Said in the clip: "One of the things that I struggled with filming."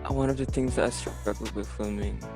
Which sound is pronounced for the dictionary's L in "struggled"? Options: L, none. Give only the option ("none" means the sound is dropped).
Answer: none